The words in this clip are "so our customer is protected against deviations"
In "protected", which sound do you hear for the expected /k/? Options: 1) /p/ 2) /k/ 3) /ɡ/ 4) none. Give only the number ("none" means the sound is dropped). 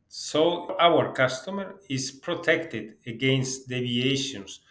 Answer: 2